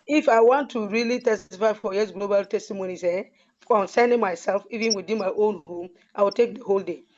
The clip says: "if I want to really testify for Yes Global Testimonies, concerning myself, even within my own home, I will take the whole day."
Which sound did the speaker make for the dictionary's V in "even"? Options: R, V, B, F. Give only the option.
V